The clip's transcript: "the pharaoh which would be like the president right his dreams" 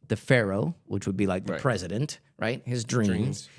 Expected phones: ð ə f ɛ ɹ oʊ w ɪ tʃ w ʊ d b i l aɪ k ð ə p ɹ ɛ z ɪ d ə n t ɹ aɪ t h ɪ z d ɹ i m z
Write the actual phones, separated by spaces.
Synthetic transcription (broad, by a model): ð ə f ɛ ɹ oʊ w ɪ tʃ w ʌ d b i l aɪ k ð ə p ɹ ɛ z ɪ d ə n t ɹ aɪ t h ɪ z d ɹ i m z